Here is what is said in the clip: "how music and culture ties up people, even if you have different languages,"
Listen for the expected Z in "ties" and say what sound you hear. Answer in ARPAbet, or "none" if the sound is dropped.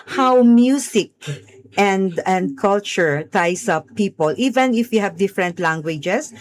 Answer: S